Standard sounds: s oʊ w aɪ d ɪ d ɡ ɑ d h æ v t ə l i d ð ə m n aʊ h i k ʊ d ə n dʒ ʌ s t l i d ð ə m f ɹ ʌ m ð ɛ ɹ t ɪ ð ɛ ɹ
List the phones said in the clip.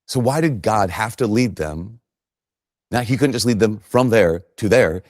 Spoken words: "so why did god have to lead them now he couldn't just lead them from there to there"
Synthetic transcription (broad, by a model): s oʊ w aɪ d ɪ d ɡ ɑ d h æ f t ə l i d ð ə m n aʊ h i k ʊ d n dʒ ʌ s t l i d ð ə m f ɹ ʌ m ð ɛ ɹ t ɪ ð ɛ ɹ